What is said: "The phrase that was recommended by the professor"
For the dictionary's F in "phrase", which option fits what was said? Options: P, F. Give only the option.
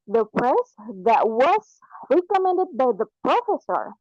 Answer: P